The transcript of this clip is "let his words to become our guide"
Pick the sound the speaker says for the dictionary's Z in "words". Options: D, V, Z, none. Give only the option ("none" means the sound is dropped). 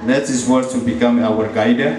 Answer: none